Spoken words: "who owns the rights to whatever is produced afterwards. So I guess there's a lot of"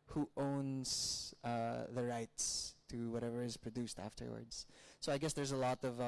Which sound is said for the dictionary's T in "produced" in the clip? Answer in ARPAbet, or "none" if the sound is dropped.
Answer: T